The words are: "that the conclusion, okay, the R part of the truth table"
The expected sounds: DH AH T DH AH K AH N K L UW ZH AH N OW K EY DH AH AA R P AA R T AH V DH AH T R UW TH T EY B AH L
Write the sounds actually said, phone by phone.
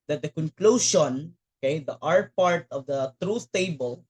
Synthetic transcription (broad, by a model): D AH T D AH K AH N K L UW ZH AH N OW K EY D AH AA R P AA R T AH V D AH T R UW S T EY B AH L